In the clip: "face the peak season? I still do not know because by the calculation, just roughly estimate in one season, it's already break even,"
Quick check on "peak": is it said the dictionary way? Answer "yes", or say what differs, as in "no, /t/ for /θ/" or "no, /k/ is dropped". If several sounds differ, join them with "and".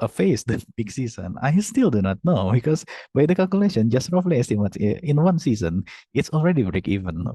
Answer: no, /b/ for /p/